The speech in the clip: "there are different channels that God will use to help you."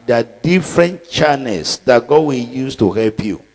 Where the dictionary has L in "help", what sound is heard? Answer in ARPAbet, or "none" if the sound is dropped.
L